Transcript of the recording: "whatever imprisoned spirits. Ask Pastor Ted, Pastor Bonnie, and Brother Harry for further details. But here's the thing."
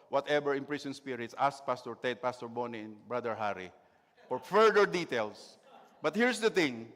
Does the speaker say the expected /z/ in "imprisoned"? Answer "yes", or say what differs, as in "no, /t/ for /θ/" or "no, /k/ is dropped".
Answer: no, /s/ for /z/